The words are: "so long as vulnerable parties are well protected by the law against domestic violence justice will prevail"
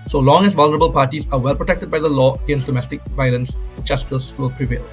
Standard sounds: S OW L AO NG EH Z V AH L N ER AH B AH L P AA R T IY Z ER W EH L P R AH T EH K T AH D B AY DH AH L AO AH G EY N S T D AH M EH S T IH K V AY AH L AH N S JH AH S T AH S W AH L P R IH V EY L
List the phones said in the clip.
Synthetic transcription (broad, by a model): S OW L AO NG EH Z V AH L N ER AH B AH L P AA R T IY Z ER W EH L P R AH T EH K T AH D B AY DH AH L AO AH G EY N S T D AH M EH S T IH K V AY AH L AH N S CH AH S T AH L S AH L P R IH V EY L